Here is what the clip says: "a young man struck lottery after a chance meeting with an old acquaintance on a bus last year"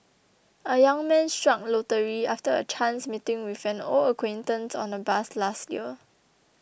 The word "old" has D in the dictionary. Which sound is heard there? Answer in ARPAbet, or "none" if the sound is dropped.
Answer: none